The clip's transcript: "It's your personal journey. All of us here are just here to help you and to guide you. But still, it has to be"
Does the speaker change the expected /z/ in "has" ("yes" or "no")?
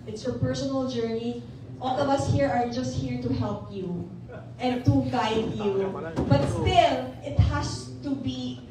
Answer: yes